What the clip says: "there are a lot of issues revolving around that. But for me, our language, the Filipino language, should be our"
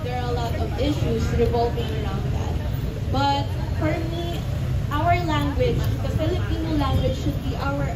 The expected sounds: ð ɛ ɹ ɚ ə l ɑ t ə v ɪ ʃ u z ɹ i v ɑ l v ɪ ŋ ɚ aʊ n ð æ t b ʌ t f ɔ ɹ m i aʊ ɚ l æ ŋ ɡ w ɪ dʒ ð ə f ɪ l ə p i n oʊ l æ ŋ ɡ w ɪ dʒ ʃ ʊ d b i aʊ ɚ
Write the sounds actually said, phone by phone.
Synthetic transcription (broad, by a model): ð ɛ ɹ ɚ ə l ɑ t ə v ɪ ʃ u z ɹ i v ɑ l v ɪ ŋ ɚ aʊ n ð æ t b ʌ t p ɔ ɹ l i aʊ ɚ l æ ŋ ɡ w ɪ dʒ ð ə f ɪ l ə p i n oʊ l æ ŋ ɡ w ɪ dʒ ʃ ʊ d b i aʊ ɚ